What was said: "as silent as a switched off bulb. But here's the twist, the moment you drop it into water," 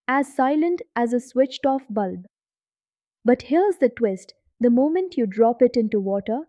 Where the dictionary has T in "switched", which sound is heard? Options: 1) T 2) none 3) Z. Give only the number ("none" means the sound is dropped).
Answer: 1